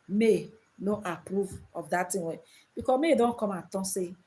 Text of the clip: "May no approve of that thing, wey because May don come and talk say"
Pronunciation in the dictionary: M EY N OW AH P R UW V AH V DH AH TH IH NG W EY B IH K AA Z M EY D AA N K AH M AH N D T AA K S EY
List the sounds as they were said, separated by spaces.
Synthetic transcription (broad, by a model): M EY N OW AH P R UW V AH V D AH T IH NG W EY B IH K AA M EY D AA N K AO M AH T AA S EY